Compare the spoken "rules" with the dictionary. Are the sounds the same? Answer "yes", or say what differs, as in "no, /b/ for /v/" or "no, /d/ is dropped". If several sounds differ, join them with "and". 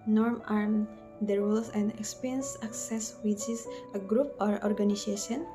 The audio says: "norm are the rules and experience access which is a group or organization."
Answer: no, /l/ is dropped